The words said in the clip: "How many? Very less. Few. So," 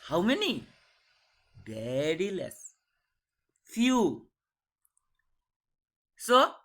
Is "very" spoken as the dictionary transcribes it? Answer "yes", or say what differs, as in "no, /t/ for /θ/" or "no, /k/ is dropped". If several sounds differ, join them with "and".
no, /b/ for /v/